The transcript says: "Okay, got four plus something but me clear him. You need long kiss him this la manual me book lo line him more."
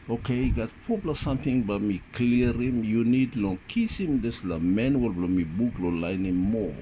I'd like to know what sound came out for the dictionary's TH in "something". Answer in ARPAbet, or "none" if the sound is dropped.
T